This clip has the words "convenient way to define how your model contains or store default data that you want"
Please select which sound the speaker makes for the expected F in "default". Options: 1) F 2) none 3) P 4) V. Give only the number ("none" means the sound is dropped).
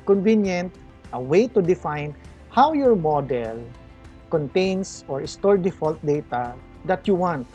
1